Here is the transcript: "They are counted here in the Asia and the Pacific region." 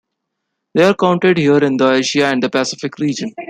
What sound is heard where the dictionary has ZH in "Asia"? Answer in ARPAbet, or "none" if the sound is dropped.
SH